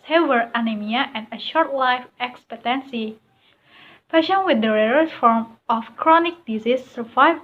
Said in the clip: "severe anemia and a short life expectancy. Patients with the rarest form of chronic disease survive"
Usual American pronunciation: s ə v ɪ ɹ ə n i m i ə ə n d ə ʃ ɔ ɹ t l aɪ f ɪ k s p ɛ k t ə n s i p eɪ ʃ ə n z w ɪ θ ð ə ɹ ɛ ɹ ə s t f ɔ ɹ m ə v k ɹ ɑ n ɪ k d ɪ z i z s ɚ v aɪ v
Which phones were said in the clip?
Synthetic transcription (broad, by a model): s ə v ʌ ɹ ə n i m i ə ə n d ə ʃ ɔ ɹ t l aɪ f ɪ k s p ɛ t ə n s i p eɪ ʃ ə n w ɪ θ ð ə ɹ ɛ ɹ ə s f ɔ ɹ m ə f k ɹ ɑ n ɪ k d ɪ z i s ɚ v aɪ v